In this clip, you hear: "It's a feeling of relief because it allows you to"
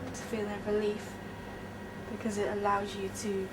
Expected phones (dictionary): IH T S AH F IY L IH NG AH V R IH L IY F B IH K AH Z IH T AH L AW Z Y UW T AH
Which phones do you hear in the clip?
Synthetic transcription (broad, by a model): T AH F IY L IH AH R IH L IY F B IH K AH Z IH T AH L AW Z Y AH T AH